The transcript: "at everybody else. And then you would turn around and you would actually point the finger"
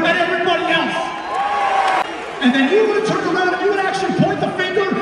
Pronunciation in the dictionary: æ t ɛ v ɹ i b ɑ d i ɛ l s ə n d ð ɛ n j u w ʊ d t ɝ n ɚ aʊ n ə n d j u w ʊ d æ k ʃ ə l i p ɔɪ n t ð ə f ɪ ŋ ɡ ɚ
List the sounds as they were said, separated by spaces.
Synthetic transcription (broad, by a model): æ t ɛ v ɹ i b ɑ d i ɛ l s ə n ð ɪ n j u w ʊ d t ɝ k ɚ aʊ ə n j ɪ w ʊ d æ k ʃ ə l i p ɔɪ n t ð ə f ɪ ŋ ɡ ɚ